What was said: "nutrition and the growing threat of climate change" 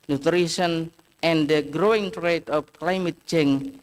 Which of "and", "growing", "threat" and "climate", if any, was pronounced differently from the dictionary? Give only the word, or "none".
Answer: threat